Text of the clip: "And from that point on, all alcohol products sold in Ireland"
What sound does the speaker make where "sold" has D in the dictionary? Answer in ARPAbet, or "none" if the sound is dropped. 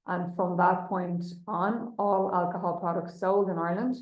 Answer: D